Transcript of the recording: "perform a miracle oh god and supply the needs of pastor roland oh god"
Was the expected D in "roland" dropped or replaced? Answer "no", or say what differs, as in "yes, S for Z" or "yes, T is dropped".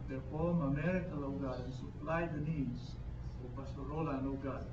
yes, D is dropped